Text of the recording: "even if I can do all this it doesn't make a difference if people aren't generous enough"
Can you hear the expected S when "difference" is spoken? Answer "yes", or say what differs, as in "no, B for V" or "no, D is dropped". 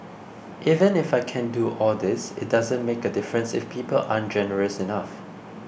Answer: yes